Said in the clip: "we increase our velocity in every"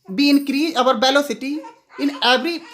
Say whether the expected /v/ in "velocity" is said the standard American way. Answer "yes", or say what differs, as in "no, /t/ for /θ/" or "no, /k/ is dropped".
no, /b/ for /v/